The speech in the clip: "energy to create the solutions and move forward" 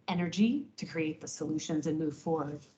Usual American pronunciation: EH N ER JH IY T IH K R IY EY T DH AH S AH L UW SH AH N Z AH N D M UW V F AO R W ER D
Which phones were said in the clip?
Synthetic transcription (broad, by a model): EH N ER JH IY T IH K R IY EY T DH AH S AH L UW SH AH N Z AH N M UW V F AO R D